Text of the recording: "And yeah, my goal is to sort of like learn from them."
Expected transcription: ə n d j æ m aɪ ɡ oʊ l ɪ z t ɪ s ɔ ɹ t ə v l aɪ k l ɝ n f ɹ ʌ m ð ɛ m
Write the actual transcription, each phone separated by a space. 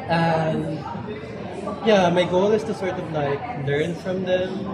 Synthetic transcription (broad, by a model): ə n j æ m aɪ ɡ oʊ l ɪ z t ɪ s ɔ ɹ t ə v l aɪ k l ɝ n f ɹ ʌ m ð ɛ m